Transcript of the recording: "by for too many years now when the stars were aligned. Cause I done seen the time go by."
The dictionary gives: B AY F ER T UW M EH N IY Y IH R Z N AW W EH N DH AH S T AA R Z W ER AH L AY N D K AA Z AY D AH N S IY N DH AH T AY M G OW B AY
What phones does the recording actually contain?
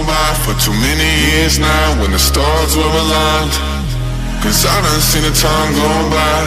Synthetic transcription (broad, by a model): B AY F ER T UW M EH N IY Y IH R Z N AW W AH N DH AH S T AA R Z W ER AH L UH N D K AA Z AY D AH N S IY N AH T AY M G OW B AY